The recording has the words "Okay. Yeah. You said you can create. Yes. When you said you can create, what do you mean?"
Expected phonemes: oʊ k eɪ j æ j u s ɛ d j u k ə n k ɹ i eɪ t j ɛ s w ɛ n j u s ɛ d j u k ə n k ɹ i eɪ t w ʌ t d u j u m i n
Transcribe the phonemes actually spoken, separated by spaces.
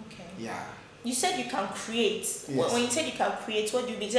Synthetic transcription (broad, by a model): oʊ k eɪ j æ j u s ɛ d j u k ə n k ɹ i eɪ t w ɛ w ɛ n j u s ɛ d j u k ə n k ɹ i eɪ t w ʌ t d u j u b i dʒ